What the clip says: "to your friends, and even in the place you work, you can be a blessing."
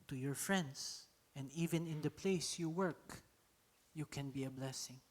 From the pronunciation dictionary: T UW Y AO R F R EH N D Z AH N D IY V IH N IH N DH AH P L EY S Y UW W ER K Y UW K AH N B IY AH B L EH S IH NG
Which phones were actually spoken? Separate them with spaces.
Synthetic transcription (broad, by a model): T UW Y AO R F R EH N D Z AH N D IY V IH N IH N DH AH P L EY S Y UW W ER K Y UW K AH N B IY AH B L EH S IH NG